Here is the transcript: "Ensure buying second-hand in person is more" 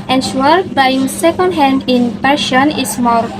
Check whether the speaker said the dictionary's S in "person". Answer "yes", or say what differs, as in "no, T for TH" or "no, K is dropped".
no, SH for S